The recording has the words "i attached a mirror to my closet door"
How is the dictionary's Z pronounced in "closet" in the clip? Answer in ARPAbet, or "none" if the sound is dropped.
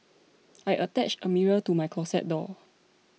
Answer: S